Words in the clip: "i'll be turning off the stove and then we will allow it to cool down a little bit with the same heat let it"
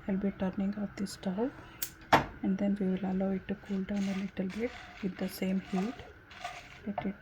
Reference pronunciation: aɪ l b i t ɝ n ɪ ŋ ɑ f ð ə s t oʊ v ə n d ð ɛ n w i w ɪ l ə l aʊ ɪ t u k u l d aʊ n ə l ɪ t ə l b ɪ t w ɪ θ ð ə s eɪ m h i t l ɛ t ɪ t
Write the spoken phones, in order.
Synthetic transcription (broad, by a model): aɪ l b i t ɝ n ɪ ŋ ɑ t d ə s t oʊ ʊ ə n d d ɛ n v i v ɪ l ə l aʊ ɪ t u k u l d aʊ n ə l ɪ t ə l b ɪ t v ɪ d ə s eɪ m h i t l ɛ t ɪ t